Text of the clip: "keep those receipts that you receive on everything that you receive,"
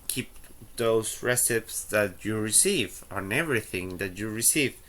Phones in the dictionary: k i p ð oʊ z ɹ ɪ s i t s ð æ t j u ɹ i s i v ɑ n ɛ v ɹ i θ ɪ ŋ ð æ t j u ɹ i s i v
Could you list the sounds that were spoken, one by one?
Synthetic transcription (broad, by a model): k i p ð oʊ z ɹ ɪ s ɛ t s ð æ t j u ɹ i s i v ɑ n ɛ v ɹ i θ ɪ ŋ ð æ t j u ɹ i s i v